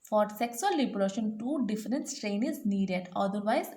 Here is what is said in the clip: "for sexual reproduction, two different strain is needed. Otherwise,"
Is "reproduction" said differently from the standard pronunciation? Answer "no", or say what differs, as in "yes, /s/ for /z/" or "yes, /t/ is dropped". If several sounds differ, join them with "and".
yes, /b/ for /p/